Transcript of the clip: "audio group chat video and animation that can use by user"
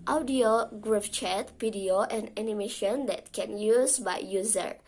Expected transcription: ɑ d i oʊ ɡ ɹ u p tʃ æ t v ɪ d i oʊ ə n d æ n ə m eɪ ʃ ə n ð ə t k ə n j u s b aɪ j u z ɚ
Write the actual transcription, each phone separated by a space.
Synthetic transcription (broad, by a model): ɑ d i oʊ ɡ ɹ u f tʃ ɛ t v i d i oʊ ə n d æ n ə m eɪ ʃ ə n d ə t k ə n j u s b aɪ j u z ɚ